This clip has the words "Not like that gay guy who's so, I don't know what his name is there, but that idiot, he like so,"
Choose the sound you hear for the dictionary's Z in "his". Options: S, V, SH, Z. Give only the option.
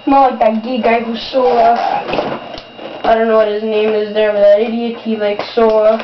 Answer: Z